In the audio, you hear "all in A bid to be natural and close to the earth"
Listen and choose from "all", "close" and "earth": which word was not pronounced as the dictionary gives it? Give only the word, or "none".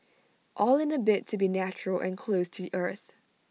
none